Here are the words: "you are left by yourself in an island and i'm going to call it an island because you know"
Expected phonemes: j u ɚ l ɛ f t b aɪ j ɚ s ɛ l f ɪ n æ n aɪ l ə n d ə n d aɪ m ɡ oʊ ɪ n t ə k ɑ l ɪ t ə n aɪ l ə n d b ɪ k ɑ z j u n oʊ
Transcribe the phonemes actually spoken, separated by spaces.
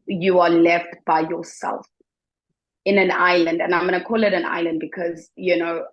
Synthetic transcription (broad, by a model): j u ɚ l ɛ f t b aɪ j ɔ s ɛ l f ɪ n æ n aɪ l ə n d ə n aɪ m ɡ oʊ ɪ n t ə k ɑ l ɪ t ə n aɪ l ə n d b ɪ k ɑ z j u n oʊ